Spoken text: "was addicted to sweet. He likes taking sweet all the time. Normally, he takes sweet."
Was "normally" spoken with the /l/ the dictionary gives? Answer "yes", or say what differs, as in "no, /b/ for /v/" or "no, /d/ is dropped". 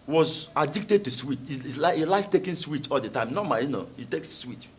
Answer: no, /l/ is dropped